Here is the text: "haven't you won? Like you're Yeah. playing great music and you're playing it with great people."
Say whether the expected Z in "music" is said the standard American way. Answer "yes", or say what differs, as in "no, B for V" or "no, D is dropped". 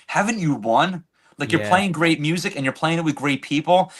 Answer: yes